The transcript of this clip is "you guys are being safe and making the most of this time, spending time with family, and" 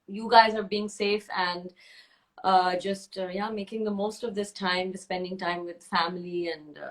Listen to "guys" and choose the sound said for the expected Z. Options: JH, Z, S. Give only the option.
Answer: Z